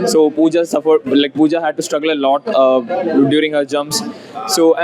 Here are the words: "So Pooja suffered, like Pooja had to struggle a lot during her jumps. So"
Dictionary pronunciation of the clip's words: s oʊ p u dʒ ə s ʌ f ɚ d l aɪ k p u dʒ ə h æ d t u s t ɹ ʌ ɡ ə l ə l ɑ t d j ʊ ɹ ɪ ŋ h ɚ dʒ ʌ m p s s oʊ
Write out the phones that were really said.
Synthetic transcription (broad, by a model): s oʊ p u dʒ ə s ʌ f ɚ d l aɪ k p u dʒ ə h æ d t u s t ɹ ʌ ɡ ə l ə l ɑ t d j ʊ ɹ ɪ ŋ h ɚ dʒ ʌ m s s oʊ